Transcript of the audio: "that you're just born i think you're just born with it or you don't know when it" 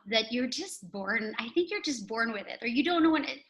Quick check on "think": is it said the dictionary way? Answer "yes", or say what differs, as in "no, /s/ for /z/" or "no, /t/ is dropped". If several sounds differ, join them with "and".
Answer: yes